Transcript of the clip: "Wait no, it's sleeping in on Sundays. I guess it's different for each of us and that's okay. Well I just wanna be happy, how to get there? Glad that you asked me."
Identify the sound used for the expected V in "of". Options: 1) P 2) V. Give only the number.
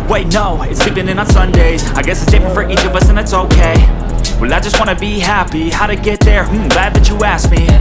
2